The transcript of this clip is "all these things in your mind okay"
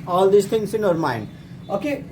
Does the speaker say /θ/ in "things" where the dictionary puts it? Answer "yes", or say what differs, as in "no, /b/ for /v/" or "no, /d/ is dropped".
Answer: no, /t/ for /θ/